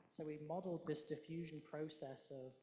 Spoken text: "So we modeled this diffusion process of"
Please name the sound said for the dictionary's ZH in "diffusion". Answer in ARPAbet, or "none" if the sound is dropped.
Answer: ZH